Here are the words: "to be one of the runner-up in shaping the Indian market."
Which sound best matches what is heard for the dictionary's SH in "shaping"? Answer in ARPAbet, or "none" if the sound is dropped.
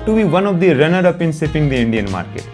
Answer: S